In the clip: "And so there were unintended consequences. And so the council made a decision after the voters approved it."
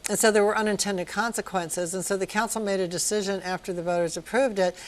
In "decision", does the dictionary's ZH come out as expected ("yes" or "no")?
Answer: yes